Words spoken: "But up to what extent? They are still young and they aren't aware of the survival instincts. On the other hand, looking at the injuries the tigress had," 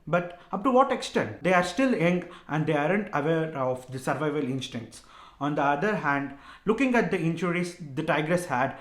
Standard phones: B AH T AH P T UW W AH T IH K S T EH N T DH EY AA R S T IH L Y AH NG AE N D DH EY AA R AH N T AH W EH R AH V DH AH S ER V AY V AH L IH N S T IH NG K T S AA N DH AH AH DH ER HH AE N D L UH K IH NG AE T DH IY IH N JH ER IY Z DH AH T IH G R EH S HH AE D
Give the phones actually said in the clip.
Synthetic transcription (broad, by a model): B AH T AH P T UW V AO T IH K S T EH N T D EY AA R S T IH L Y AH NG AE N D EY AA R AH N T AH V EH R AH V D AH S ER V AY V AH L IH N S T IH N T S AA N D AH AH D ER HH AE N D L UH K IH NG AE T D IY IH N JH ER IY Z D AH T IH G R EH S HH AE D